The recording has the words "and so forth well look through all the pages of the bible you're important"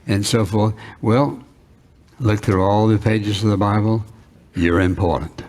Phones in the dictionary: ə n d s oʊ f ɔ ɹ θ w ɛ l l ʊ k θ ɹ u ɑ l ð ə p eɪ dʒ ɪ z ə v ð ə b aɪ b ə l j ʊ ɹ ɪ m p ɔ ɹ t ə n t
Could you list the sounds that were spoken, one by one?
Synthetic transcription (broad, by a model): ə n s oʊ f ɔ ɹ θ w ɛ l l ʊ k θ ɹ u ɑ l ð ə p eɪ dʒ ɪ z ə v ð ə b aɪ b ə l j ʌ ɹ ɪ m p ɔ ɹ t n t